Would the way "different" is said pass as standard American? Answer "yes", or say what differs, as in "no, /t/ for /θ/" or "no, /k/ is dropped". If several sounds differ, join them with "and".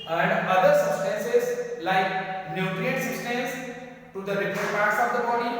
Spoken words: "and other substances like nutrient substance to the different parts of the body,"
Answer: no, /n/ is dropped